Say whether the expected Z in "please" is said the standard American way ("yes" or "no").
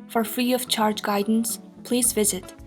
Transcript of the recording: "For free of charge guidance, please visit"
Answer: yes